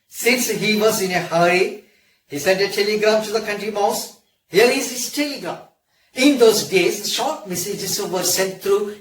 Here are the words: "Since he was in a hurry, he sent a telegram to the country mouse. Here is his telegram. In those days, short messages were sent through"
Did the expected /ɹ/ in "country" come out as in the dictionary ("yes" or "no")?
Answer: yes